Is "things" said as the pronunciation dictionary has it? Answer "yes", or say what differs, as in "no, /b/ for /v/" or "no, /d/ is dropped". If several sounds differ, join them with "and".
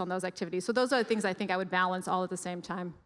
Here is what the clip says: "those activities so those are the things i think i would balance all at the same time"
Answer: yes